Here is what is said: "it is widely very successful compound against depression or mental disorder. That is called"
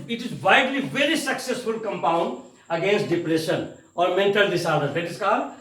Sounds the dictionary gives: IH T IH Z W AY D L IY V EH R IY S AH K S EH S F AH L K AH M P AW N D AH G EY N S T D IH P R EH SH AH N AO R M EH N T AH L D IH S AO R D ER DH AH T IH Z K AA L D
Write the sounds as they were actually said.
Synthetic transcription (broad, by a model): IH T IH Z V AY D L IY V EH R IY S AH K S EH S F AH L K AH M P AW N D AH G EY N S T D IH P R EH SH AH N AO R M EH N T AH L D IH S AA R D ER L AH T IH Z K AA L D